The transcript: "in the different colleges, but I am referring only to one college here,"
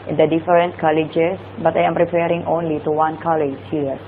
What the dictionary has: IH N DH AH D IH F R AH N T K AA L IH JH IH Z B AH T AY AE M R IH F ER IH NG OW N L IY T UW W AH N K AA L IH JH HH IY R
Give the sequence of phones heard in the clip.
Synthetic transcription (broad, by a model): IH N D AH D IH F R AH N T K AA L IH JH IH S B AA T AY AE M R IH P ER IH NG OW N L IY T UW W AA N K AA L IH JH HH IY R